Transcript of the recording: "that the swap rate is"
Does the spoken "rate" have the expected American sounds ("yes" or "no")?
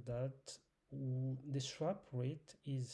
yes